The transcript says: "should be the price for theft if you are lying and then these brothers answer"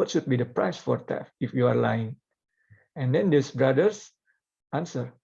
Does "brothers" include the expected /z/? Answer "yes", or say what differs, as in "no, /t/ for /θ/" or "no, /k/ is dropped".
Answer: no, /s/ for /z/